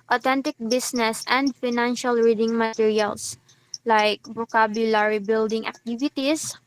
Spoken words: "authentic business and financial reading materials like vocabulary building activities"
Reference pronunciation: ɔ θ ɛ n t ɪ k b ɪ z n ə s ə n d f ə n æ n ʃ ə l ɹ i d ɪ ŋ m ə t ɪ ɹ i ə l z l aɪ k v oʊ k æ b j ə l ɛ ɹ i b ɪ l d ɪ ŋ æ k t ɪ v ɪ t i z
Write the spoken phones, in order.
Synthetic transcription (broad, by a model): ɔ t ɛ n t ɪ k b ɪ s n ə s ə n d f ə n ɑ n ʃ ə l ɹ i d ɪ ŋ m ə t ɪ ɹ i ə l s l aɪ k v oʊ k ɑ b j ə l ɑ ɹ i b ɪ l d ɪ ŋ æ k t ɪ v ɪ t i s